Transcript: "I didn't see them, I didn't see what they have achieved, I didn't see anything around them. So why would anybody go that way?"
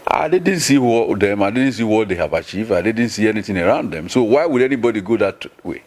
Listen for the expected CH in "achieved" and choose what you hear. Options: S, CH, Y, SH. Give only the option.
CH